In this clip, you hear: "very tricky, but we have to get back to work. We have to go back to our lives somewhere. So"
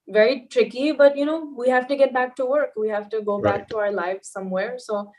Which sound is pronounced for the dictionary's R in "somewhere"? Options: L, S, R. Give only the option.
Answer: R